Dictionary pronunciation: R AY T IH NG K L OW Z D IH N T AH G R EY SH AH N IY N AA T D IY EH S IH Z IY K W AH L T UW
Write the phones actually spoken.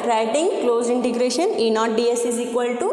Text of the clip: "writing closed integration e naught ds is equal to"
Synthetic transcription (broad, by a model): R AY T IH NG K L OW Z IH N T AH G R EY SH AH N IY N AA T D IY EH S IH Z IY K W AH L T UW